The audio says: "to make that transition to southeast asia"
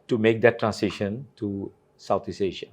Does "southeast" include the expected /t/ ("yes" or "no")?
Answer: no